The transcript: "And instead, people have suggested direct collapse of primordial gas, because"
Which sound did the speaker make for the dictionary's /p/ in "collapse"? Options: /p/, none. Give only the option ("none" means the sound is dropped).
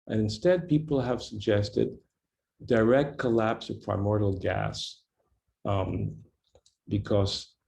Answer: /p/